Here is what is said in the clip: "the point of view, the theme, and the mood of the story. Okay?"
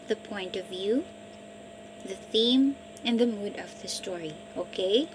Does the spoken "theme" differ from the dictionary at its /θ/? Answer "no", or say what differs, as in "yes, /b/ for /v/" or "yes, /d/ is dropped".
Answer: no